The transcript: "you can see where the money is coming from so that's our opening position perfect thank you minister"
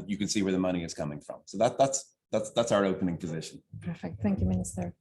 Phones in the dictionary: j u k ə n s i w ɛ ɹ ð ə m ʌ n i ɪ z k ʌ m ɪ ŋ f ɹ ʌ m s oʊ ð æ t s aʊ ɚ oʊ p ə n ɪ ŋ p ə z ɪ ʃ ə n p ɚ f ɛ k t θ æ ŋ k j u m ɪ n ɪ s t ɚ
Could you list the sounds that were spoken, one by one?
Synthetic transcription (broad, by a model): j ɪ k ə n s i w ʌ ɹ ð ə m ʌ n i ɪ z k ʌ m ɪ ŋ f ɹ ʌ m s oʊ ð æ t s aʊ ɚ oʊ p ə n ɪ ŋ p ə z ɪ ʃ ə n p ɚ f ɛ k t θ æ ŋ k j u m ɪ n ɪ s t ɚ